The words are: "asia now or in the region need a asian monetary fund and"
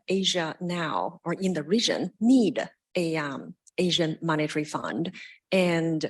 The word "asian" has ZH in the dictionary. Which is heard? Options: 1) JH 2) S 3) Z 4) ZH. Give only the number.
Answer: 4